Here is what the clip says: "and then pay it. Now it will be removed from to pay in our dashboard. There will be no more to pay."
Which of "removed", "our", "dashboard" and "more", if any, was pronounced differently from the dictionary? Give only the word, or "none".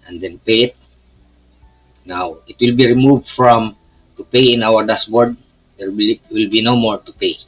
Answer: dashboard